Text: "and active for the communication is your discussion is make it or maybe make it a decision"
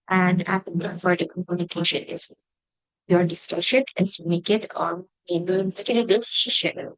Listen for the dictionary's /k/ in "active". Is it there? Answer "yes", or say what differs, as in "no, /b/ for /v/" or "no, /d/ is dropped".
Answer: no, /k/ is dropped